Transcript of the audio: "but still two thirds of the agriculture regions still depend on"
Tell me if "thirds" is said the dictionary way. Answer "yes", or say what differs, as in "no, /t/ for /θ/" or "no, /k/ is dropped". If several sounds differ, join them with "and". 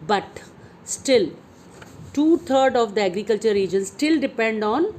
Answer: no, /t/ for /θ/ and /z/ is dropped